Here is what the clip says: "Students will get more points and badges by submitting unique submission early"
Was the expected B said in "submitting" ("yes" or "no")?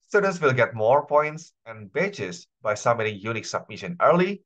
no